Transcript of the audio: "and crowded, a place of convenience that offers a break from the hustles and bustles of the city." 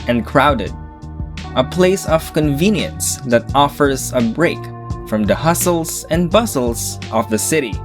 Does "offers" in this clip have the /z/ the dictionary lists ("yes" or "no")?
yes